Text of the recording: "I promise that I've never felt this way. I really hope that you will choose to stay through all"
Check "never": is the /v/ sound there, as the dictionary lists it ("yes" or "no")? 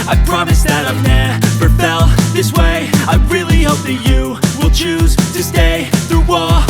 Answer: no